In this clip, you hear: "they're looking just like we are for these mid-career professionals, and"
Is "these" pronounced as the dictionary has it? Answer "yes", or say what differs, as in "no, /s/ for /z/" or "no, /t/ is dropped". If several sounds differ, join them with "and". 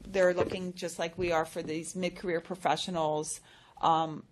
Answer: yes